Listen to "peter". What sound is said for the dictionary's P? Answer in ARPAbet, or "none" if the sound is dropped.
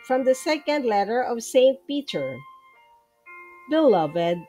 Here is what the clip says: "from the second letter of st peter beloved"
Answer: P